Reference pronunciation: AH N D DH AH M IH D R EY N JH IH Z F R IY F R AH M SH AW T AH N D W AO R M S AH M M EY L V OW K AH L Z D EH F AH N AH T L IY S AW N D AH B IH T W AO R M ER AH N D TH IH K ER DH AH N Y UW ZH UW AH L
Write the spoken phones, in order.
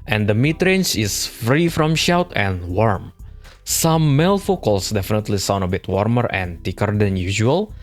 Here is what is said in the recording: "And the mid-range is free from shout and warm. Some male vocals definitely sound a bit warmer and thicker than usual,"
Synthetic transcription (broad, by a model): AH N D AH M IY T R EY N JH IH S F R IY F R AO M SH AW T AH N W AO R M S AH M M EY L F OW K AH L S D EH F AH N AH T L IY S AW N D AH B IH T W AO R M ER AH N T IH K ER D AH N Y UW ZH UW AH L